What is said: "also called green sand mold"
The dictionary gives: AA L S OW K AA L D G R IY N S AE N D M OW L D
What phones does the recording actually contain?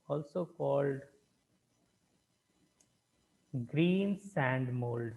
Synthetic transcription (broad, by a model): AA L S OW K AA L D G R IY N S AE N D M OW L D